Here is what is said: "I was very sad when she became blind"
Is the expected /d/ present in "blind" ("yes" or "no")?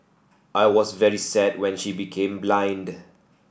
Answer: yes